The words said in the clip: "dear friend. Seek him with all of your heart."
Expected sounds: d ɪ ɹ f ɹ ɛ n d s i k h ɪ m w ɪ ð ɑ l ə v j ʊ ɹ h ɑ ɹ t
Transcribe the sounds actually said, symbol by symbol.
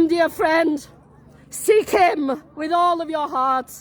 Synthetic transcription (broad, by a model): d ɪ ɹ f ɹ ɛ n d s i k h ɪ m w ɪ ð ɑ l ə v j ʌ ɹ h ɑ ɹ t